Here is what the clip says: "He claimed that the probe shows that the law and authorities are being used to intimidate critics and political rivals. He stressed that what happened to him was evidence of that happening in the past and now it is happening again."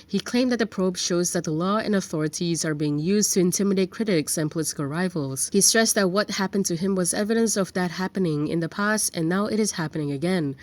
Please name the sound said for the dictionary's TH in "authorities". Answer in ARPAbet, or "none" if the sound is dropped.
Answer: TH